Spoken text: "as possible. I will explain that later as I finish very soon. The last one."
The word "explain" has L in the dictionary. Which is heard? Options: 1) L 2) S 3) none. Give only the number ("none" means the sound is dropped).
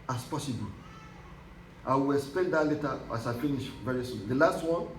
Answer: 3